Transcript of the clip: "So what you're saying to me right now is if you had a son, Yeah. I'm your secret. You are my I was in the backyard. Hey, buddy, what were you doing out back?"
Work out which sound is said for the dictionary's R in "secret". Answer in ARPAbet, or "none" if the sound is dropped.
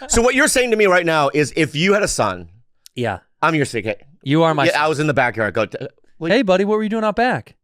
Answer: none